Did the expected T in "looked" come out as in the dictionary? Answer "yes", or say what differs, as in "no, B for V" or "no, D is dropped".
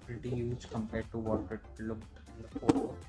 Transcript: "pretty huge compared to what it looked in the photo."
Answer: no, T is dropped